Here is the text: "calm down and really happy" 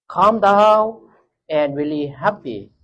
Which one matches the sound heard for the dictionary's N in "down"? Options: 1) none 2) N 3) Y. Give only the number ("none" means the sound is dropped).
1